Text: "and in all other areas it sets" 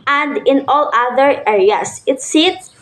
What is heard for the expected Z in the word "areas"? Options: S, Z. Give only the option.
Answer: S